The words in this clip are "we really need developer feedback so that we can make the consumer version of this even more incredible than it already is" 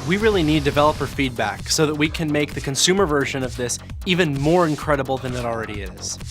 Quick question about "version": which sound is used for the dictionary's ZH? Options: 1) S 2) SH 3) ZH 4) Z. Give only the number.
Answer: 3